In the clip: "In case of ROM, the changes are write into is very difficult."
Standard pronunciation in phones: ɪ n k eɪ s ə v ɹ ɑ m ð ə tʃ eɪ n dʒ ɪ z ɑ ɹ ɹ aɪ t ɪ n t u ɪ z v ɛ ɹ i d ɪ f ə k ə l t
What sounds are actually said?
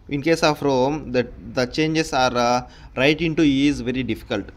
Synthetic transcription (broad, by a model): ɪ n k eɪ s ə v ɹ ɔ m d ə tʃ eɪ n dʒ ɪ s ɑ ɹ ɹ aɪ t ɪ n t u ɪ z v ɛ ɹ i d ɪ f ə k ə l t